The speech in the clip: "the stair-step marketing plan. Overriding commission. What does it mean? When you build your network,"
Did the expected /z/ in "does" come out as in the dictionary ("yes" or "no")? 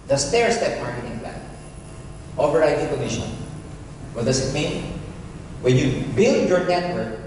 no